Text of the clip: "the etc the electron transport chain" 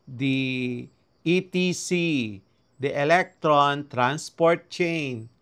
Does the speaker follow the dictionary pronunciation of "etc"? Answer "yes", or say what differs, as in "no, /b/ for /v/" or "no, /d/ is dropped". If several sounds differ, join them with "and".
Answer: no, /s/ is dropped